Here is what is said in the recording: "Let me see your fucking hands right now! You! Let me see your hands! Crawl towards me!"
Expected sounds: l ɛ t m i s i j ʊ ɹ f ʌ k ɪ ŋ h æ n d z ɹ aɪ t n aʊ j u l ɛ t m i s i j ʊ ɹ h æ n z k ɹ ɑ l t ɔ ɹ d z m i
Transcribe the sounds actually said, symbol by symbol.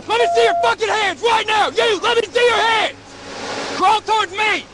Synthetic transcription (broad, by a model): l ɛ t m i s i j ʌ ɹ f ʌ k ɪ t h æ n d z ɹ aɪ t n aʊ j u l ɛ t m i s i j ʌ ɹ h æ n z k ɹ ɑ l t ɔ ɹ d z m i